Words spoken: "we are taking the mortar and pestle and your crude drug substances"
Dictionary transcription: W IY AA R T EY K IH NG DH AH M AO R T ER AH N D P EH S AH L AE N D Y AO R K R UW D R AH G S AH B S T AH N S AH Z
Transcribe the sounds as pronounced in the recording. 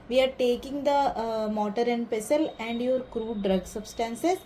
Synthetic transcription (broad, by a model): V IY AA R T EY K IH NG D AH M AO T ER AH N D P EH S AH L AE N D Y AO R K R UW D R AH G S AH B S T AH N S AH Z